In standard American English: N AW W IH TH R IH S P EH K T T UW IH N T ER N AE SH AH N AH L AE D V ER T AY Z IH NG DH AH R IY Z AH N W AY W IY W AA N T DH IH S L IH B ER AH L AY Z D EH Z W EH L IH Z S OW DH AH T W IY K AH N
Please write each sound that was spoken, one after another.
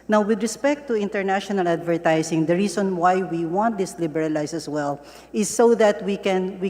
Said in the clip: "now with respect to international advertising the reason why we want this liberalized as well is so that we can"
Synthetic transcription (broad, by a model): N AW W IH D R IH S P EH K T T UW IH N T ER N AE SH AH N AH L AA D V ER T AY S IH NG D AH R IY S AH N W AY W IY W AA N T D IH S L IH B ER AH L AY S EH S W EH L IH S OW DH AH T W IY K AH N